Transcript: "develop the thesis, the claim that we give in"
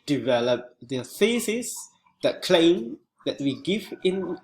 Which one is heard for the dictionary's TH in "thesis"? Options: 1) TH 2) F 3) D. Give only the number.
2